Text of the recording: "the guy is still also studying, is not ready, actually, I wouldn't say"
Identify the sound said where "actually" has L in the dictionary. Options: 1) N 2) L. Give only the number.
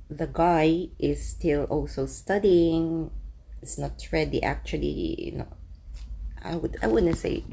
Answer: 1